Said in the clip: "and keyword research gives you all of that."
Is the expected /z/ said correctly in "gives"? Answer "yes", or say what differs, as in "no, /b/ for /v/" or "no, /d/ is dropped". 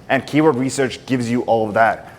yes